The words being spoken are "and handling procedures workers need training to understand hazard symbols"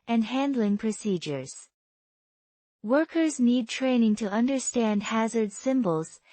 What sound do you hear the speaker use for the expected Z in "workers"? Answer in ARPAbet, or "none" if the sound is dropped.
Z